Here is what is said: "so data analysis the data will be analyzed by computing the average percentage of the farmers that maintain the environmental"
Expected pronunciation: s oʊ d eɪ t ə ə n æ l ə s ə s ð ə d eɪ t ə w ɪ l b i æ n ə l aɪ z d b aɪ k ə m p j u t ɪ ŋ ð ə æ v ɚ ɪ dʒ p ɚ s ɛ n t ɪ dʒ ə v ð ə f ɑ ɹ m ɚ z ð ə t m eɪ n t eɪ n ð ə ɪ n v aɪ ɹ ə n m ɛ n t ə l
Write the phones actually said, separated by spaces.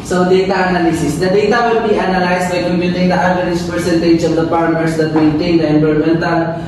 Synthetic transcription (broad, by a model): s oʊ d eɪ t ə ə n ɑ l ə s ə s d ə d eɪ t ə w ɪ l b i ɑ n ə l aɪ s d b aɪ k ə m p j u t ɪ ŋ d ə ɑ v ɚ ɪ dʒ p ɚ s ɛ n t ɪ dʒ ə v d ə p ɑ ɹ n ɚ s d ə t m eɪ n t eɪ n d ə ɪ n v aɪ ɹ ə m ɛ n t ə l